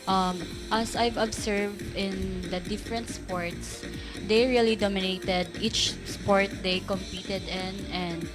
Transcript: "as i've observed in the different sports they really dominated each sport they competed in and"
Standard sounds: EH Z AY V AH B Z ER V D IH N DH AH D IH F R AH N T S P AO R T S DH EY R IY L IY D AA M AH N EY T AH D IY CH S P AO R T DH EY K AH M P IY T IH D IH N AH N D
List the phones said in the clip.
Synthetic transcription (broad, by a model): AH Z AY V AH B S ER V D IH N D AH D IH F R AH N T S P AO R T S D EY R IY L IY D AA M AH N EY T AH D IY CH S P AO R T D EY K AH M P IY T IH D IH N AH N D